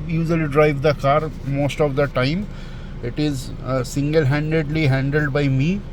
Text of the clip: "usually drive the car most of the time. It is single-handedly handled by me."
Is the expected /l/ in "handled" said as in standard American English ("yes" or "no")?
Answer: yes